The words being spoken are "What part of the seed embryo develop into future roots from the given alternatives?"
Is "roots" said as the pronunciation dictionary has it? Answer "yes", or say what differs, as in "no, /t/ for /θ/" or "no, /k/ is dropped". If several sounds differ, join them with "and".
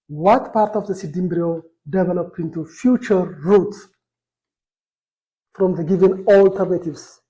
no, /s/ is dropped